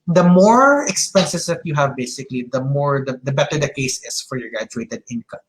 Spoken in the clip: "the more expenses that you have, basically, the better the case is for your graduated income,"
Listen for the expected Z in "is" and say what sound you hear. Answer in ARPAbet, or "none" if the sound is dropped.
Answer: S